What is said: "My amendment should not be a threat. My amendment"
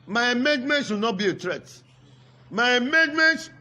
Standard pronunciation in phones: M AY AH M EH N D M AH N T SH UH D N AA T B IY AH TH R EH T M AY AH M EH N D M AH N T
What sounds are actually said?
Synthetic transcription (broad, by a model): M AY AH M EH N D M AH N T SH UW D N AA T B IY AH T R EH T M AY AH M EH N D M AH N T